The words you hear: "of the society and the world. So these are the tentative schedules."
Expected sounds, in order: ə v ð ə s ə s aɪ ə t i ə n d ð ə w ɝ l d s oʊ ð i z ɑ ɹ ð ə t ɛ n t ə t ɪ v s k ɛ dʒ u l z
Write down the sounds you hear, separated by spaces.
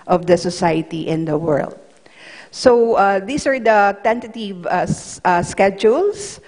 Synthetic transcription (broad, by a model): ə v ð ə s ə s aɪ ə t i ə n d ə w ɝ l d s oʊ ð i s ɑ ɹ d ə t ɛ n t ə t ɪ v s k ɛ dʒ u l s